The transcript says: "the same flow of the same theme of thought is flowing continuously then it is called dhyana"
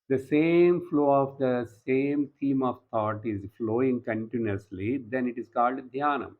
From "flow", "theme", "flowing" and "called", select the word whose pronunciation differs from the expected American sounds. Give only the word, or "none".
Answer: theme